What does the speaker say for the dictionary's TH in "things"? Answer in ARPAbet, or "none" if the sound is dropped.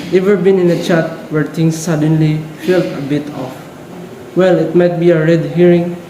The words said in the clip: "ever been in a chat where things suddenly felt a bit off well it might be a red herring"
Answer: T